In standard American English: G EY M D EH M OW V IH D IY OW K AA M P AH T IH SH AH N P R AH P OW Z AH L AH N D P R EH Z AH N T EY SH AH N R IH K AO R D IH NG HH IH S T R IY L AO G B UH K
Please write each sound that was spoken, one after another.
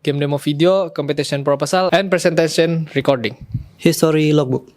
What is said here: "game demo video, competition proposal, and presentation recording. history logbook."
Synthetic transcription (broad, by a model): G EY M D EH M OW F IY D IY OW K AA M P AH T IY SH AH N P R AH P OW S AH L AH N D P R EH S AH N T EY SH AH N R IH K AO R D IH NG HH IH S T R IY L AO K B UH K